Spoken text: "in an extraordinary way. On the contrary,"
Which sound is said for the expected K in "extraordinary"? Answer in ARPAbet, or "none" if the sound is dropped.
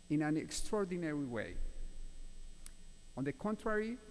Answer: K